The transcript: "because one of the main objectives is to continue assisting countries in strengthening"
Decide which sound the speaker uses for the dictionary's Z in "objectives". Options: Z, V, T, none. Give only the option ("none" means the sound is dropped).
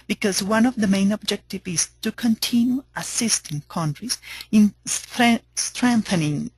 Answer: none